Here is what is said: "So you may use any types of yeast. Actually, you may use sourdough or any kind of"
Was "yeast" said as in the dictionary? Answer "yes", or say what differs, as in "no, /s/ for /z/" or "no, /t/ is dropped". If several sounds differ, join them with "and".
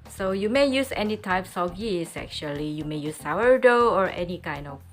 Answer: no, /t/ is dropped